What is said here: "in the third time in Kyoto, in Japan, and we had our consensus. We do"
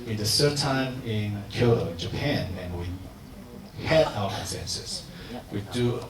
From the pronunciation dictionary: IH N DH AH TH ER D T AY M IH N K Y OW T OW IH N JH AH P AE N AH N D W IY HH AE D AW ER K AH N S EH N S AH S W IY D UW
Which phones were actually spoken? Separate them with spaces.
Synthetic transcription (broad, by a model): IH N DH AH S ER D T AY M IH N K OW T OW IH N JH AH P AE N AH N W IY HH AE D AW ER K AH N S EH N S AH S W IY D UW